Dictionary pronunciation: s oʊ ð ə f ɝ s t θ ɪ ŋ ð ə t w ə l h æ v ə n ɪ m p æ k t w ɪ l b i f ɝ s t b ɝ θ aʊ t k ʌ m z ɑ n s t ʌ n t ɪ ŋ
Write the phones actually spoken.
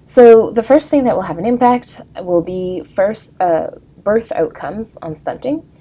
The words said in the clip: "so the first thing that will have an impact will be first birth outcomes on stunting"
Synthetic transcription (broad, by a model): s oʊ ð ə f ɝ s t θ ɪ ŋ ð ə t w ə l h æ v ə n ɪ m p æ k t w ɪ l b i f ɝ s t b ɝ θ aʊ t k ʌ m z n s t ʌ n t ɪ ŋ